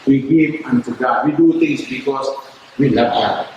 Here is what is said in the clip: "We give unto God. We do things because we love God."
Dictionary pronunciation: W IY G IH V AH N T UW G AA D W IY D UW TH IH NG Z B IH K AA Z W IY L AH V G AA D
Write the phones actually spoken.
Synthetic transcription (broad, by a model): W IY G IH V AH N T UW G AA W IY D UW T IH NG S B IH K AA S W IY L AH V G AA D